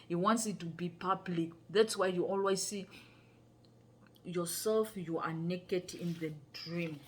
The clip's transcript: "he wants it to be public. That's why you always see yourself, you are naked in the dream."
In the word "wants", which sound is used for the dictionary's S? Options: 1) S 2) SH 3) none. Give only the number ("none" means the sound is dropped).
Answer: 1